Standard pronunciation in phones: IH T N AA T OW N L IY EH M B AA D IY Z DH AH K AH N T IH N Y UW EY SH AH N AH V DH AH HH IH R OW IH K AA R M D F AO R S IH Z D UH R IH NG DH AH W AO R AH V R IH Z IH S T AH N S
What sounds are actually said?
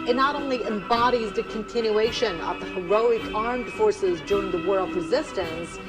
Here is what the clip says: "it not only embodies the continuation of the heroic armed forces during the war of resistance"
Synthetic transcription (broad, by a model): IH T N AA T OW N L IY EH M B AA D IY Z DH AH K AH N T IH N Y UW EY SH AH N AH V DH AH HH IH R OW IH K AA R M D F AO R S IH Z D UH R IH NG DH AH W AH R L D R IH Z IH S T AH N S